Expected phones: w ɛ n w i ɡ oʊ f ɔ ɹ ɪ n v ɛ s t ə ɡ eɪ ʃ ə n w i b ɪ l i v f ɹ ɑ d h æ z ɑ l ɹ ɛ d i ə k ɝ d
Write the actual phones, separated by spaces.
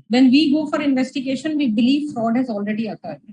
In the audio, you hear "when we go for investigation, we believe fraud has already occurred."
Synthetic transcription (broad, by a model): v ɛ n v i ɡ oʊ f ɔ ɹ ɪ n v ɛ s t ə ɡ eɪ ʃ ə n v i b ɪ l i v f ɹ ɑ d h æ z ɑ l ɹ ɛ d i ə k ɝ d